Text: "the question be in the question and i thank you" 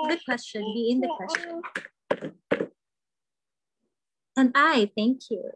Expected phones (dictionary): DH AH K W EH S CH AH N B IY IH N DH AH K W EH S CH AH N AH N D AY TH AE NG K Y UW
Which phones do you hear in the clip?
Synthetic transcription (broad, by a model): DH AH K W EH S CH AH N B IY IH N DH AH K W EH S CH AH N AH N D AY TH AE NG K Y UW